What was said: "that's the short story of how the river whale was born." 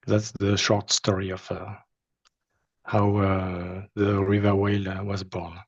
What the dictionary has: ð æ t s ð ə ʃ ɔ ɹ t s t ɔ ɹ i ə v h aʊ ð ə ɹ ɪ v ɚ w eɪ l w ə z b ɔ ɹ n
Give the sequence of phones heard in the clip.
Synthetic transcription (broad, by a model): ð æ t s ð ə ʃ ɔ ɹ t s t ɔ ɹ i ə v h aʊ ð ə ɹ ɪ v ɚ w eɪ l w ə z b ɔ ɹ n